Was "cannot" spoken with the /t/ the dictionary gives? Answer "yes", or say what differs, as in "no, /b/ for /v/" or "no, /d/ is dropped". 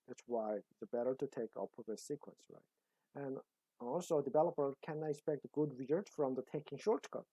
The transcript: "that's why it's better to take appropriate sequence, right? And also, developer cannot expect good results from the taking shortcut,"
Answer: no, /t/ is dropped